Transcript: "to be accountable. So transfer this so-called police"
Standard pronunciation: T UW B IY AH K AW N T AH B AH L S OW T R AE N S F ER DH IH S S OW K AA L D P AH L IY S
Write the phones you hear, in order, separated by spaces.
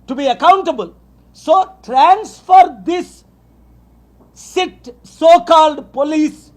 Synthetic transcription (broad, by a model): T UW B IY AH K AW N T AH B AH L S OW T R AE N S F ER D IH S S OW K AA L D P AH L IY S